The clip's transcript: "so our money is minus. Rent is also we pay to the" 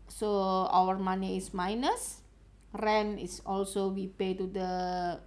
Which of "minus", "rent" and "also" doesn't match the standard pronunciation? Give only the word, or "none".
rent